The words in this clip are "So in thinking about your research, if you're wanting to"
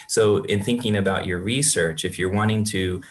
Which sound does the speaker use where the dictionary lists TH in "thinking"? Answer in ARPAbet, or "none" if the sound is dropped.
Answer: TH